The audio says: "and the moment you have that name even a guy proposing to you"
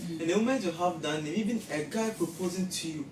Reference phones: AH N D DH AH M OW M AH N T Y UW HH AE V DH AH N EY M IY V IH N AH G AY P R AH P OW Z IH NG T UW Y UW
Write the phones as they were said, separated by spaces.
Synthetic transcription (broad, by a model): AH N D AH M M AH T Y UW HH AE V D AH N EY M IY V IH N AH G AY P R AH P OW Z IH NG T UW Y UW